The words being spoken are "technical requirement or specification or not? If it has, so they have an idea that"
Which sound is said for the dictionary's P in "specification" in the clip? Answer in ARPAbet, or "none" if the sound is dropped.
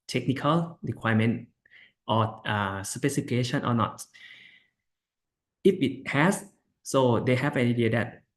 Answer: none